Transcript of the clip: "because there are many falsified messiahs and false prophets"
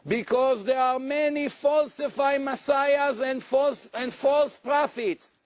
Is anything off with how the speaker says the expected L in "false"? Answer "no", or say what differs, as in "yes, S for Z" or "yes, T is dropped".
no